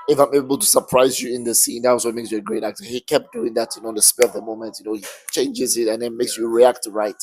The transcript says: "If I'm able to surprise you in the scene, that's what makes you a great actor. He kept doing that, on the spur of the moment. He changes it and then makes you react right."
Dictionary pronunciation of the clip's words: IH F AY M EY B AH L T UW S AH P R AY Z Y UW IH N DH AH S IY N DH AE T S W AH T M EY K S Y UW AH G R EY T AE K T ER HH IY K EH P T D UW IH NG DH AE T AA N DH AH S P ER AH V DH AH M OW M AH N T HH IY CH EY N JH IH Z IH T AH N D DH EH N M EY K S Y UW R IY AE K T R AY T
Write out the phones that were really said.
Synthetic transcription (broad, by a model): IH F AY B EY B AH L T UW S AH P R AY Z Y UW IH N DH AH S IY N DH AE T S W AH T M EY K S Y UW AH G R EY T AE K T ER HH IY K EH P D UW IH NG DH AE T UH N DH AH S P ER AH V DH AH M OW M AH N T HH IY CH EY N JH IH Z IH T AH N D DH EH N M EY K S Y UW R IY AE K T R AY T